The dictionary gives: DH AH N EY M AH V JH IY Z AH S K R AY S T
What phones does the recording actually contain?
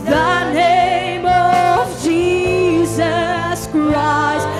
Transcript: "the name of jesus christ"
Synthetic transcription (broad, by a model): DH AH N EY M AH V JH IY Z AH S K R AY S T